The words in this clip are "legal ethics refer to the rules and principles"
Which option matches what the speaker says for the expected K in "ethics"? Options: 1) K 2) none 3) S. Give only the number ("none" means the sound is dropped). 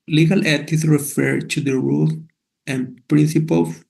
2